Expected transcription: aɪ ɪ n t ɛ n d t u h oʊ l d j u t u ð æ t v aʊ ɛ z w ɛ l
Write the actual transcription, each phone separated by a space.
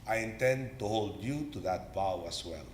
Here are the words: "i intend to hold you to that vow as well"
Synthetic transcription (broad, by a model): aɪ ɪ n t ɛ n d t u h oʊ l d j u t u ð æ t b aʊ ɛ s w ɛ l